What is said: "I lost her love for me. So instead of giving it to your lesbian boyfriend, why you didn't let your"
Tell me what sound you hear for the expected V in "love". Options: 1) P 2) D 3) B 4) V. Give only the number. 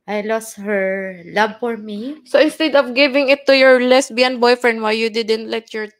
3